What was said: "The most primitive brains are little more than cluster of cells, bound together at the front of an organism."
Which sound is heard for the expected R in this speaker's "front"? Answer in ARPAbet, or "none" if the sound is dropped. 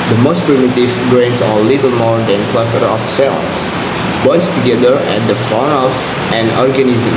none